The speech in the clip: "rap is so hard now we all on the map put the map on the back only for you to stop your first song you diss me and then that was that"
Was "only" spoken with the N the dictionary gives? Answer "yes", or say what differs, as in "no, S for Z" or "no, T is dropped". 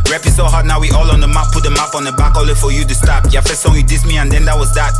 no, N is dropped